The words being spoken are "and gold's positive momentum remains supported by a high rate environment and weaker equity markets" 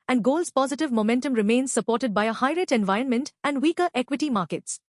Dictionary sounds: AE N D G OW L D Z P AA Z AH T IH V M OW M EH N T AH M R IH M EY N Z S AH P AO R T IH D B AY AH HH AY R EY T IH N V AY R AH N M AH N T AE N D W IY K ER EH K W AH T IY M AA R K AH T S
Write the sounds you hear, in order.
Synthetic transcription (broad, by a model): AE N D G OW L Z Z P AA Z AH T IH V M OW M EH N T AH M R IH M EY N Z S AH P AO R T IH D B AY AH HH AY R EY T IH N V AY R AH N M AH N T AE N D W IY K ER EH K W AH T IY M AA R K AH T S